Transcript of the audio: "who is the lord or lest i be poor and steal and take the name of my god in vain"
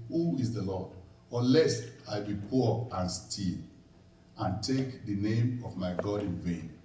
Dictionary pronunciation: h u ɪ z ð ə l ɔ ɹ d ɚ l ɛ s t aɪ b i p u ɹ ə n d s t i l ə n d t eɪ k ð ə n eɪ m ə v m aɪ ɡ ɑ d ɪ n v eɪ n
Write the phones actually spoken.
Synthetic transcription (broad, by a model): h u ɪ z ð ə l ɔ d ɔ l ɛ s aɪ b i p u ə n s t i l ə n t eɪ k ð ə n eɪ m ə v m aɪ ɡ ɑ d ɪ n v eɪ n